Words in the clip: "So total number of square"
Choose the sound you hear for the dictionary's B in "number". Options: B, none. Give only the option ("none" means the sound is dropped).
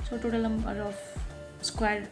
none